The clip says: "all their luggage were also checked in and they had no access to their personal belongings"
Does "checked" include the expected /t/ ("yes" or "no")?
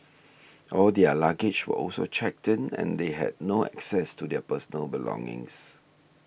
yes